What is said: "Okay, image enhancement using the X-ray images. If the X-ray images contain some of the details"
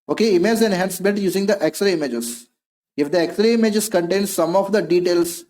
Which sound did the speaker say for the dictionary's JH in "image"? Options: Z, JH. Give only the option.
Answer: Z